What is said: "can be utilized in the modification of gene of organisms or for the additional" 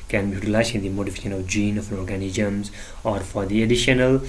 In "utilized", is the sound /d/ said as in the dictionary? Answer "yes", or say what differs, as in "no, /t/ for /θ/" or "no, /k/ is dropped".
no, /d/ is dropped